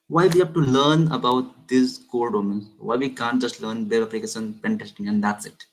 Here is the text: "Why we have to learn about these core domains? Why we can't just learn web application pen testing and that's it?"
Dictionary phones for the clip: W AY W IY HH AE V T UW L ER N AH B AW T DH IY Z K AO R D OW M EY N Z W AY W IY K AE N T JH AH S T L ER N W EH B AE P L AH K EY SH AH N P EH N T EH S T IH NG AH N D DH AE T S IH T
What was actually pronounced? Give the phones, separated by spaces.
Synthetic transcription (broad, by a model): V AY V IY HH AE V T UW L ER N AH B AW T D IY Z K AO L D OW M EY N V AY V IY K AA N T JH AH S T L ER N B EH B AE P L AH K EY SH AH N P EH N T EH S T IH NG AH N D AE T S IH T